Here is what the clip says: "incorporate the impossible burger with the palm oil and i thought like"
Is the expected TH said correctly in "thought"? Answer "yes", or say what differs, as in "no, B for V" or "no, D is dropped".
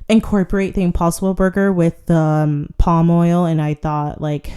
yes